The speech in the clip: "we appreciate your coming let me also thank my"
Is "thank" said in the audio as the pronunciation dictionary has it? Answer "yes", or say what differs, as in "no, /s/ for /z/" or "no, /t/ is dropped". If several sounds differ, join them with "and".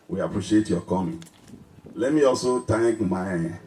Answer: no, /t/ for /θ/